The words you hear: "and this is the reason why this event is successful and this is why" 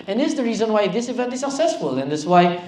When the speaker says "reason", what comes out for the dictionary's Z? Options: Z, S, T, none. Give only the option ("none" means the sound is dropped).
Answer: Z